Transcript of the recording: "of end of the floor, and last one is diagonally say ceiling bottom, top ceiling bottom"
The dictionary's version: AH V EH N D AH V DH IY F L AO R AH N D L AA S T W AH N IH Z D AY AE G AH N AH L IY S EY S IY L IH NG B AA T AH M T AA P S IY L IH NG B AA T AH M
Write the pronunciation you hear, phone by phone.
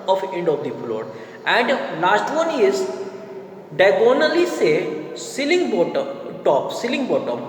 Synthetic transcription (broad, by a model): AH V EH N D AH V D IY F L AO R AH N D L AA S T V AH N IH Z D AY G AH N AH L IY S EY S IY L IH NG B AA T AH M T AA P S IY L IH NG B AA T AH M